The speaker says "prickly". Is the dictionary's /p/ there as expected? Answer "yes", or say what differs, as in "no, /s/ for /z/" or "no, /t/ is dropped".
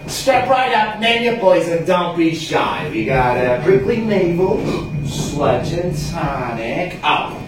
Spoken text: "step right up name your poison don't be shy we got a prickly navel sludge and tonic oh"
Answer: no, /b/ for /p/